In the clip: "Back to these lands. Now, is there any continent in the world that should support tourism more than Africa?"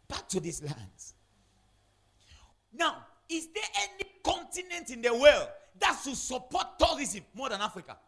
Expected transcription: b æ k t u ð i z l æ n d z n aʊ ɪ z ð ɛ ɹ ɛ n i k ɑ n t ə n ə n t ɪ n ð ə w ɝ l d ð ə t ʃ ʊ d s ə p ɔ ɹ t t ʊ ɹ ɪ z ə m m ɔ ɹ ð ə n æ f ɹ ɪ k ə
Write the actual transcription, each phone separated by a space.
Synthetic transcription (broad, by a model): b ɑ k t u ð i s l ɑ n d n aʊ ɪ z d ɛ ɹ ɛ n i k ɑ n t ə n ə n t ɪ n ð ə w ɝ l d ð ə t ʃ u s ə p ɔ t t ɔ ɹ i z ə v m ɔ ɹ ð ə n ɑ f ɹ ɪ k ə